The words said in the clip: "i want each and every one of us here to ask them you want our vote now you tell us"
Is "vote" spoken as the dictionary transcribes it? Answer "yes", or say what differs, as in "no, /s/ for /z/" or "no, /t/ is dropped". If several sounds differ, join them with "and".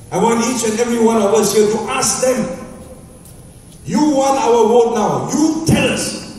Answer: no, /w/ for /v/